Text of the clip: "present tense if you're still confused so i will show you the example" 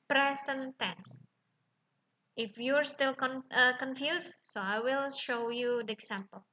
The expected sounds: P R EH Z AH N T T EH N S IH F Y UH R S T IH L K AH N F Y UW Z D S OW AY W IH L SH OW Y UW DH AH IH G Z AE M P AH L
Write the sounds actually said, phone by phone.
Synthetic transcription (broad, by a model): P R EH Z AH N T T EH N S IH F Y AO R S T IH L K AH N F Y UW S S OW AY W IH L SH OW Y UW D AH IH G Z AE M P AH L